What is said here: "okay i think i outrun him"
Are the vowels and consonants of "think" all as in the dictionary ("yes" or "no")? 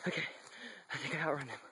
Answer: yes